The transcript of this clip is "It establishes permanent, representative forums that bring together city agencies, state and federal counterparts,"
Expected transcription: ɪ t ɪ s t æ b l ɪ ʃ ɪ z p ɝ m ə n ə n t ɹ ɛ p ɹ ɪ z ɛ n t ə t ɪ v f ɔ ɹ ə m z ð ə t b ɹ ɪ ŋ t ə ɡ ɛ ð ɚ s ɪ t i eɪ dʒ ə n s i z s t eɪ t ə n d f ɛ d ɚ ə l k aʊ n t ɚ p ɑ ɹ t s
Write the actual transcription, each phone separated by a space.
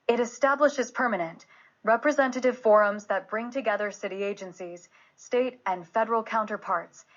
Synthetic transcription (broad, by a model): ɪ t ɪ s t æ b l ɪ ʃ ɪ z p ɝ m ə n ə n t ɹ ɛ p ɹ ɪ z ɛ n t ə t ɪ v f ɔ ɹ ə m z ð ə t b ɹ ɪ ŋ t ə ɡ ɛ ð ɚ s ɪ t i eɪ dʒ ə n s i z s t eɪ t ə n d f ɛ d ɚ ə l k aʊ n t ɚ p ɑ ɹ t s